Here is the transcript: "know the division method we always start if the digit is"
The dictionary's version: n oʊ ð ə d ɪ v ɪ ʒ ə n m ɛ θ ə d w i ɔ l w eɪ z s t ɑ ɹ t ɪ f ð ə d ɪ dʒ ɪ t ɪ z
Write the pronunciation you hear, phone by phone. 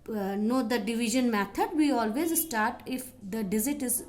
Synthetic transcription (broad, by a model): n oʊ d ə d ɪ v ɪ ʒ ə n m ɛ t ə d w i ɔ l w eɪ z s t ɑ ɹ t ɪ f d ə d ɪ z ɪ t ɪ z